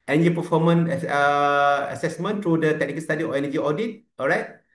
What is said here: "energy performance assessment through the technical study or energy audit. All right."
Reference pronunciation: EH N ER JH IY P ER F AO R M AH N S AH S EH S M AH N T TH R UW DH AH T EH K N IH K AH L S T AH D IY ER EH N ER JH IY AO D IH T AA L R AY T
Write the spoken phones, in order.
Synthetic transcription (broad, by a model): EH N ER JH IY P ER F AO M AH N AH AH S EH S M AH N T R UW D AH T EH K N IH K AH L S T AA D IY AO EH N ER JH IY AO D IH T AA L R AY T